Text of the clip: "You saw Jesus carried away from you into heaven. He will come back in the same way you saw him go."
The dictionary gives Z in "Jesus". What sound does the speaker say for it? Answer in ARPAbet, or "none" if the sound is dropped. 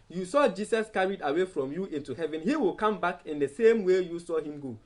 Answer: S